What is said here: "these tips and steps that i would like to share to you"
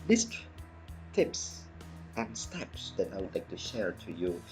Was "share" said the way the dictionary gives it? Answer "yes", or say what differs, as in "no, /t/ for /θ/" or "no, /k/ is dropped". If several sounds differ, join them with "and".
yes